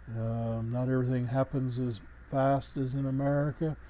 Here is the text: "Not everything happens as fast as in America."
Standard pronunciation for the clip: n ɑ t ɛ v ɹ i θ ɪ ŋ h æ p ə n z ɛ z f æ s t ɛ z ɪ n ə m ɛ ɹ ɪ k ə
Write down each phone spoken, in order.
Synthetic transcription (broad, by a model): n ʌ t ɛ v ɹ i θ ɪ ŋ h æ p ə n z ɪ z f æ s t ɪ z ɪ n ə m ɛ ɹ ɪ k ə